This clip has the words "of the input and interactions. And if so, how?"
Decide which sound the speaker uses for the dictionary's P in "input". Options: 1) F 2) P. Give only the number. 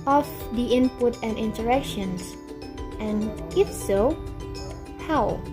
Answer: 2